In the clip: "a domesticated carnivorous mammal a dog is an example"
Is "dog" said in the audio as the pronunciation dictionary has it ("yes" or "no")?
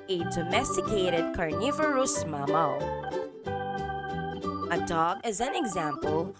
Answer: yes